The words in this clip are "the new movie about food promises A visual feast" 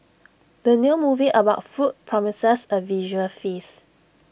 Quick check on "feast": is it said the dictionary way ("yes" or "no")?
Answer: no